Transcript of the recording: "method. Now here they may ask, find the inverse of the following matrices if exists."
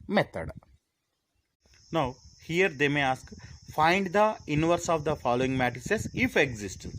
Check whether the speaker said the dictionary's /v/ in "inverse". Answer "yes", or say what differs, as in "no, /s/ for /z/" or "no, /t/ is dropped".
yes